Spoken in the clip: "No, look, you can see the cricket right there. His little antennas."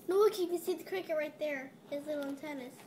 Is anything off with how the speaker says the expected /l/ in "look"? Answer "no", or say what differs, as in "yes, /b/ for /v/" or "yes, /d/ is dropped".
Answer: yes, /w/ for /l/